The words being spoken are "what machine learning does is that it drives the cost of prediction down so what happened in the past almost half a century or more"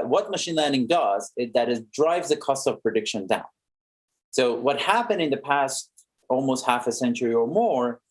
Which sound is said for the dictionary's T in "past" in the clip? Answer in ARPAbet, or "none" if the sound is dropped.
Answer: T